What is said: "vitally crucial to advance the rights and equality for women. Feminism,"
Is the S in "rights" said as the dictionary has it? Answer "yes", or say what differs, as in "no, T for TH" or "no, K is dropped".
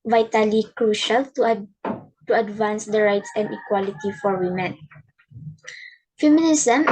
yes